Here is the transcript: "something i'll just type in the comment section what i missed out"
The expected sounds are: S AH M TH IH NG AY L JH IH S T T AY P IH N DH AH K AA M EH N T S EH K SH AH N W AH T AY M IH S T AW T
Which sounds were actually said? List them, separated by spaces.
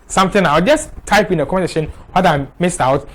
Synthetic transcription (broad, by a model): S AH M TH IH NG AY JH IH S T T AY P IH N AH K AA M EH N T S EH SH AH N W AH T AY M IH S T AW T